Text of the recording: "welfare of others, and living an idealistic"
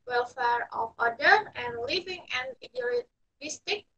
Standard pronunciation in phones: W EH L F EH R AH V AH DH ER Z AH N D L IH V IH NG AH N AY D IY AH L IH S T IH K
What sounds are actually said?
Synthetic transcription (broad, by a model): W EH L F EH R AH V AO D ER AH N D L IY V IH NG AH N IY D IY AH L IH S T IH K